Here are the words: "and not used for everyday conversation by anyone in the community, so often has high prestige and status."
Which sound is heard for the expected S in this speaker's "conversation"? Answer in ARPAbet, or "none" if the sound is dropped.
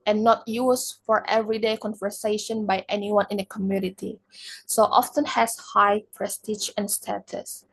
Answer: S